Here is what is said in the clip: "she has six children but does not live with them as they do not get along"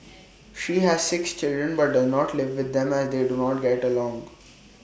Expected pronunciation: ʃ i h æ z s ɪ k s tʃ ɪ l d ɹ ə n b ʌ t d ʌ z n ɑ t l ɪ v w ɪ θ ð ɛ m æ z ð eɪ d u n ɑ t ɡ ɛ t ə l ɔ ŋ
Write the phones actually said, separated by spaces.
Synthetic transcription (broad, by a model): ʃ i h æ z s ɪ k s tʃ ɪ l d ɹ ə n b ʌ t d ʌ z n ɑ t l ɪ v ɪ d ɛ m æ z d eɪ d u n ɑ t ɡ ɛ t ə l ɔ ŋ